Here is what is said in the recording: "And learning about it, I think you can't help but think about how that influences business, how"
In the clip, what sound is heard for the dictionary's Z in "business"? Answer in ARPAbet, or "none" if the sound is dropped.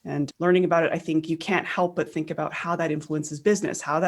Z